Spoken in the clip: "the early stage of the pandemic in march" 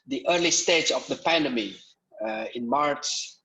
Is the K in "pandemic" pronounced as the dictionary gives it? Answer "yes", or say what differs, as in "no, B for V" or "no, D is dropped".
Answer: no, K is dropped